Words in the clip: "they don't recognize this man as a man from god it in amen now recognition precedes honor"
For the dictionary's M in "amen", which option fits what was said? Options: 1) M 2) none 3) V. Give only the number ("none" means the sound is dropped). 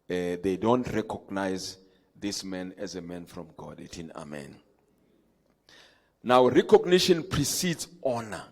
1